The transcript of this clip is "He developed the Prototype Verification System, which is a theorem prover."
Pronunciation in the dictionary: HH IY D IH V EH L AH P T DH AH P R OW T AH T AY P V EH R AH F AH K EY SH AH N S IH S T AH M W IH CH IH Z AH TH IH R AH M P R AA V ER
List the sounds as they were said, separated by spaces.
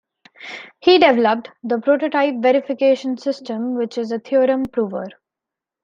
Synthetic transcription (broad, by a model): HH IY D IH V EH L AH P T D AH P R OW T AH T AY P V EH R AH F AH K EY SH AH N S IH S T AH M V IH CH IH Z AH T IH R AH M P R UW V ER